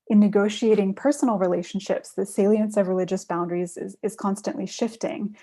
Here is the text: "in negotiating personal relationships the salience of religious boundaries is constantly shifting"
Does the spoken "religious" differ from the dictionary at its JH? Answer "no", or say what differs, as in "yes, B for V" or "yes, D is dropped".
no